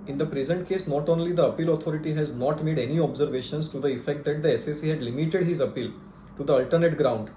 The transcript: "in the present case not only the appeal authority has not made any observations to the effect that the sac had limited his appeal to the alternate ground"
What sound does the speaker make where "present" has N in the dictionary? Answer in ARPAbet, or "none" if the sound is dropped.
N